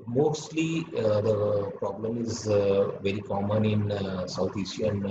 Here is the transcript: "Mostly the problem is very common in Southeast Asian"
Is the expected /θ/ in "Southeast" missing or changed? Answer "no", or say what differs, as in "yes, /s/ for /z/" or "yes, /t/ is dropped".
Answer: yes, /t/ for /θ/